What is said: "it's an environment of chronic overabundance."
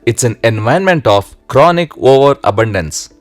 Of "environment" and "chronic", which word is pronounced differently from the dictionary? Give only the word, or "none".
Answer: environment